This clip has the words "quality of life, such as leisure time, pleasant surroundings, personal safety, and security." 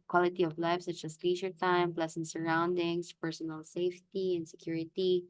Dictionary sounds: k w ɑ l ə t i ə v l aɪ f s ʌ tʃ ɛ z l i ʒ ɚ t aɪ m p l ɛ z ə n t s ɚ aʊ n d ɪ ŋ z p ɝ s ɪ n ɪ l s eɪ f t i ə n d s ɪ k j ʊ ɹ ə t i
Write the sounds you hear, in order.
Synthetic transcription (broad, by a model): k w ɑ l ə t i ə v l aɪ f s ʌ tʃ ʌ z l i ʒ ɚ t aɪ m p l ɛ s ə n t s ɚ aʊ n d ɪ ŋ s p ɝ s ɪ n ɪ l s eɪ f t i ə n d s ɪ k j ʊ ɹ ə t i